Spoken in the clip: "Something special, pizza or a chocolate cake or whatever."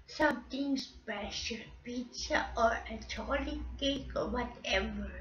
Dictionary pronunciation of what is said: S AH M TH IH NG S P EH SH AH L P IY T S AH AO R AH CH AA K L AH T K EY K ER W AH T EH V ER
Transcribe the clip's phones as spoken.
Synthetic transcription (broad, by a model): S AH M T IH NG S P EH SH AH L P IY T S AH AO R AH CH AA L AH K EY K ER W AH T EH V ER